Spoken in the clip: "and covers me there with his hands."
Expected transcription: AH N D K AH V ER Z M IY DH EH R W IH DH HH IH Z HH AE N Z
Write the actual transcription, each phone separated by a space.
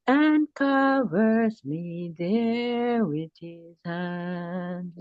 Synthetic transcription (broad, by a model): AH N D K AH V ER S M IY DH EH W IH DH HH IH Z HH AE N